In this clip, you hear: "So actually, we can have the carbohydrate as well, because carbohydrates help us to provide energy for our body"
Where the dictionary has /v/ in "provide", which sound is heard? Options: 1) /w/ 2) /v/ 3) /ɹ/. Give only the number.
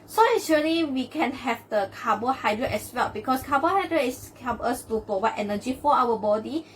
1